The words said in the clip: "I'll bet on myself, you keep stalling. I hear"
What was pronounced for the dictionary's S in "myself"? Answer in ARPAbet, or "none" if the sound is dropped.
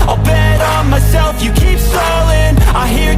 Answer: S